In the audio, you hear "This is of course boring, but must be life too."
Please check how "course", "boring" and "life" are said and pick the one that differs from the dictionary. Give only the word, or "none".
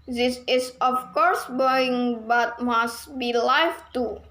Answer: boring